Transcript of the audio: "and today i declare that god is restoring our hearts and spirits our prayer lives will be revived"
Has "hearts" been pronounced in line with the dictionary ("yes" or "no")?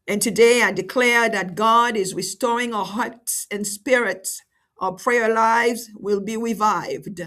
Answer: yes